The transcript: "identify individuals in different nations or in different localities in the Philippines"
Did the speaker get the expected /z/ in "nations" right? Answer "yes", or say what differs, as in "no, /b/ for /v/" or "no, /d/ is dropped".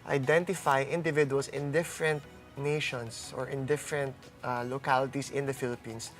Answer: no, /s/ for /z/